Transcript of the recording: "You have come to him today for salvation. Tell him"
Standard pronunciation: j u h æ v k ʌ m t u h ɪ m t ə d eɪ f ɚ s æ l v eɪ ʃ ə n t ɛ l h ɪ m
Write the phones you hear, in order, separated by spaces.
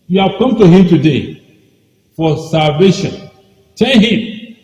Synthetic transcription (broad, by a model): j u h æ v k ʌ m t u h ɪ m t ə d eɪ f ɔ s æ l v eɪ ʃ ə n t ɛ n h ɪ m